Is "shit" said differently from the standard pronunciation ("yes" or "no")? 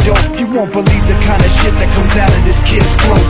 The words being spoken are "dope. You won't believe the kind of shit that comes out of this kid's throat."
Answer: no